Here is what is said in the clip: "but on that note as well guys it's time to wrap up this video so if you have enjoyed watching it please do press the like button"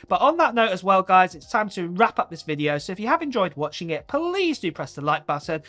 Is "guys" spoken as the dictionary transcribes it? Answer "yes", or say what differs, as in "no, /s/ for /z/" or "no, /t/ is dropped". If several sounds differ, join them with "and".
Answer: yes